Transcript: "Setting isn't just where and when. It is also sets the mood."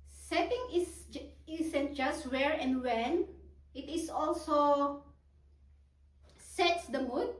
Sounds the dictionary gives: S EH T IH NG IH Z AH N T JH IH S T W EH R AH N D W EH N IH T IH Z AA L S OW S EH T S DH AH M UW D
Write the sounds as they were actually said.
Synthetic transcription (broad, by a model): S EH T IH NG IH S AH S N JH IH S W EH R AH N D W EH N IH T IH S AA L S OW S EH T S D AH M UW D